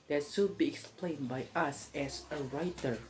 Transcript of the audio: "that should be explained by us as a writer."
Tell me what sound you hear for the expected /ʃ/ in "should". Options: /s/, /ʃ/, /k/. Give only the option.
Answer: /s/